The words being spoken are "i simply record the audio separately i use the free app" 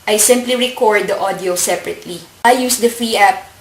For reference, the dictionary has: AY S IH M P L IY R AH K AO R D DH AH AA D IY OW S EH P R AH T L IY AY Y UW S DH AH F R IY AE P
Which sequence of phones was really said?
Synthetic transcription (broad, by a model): AY S IH M P L IY R AH K AO R D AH AA D IY OW S EH P R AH T L IY AY Y UW S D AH F IY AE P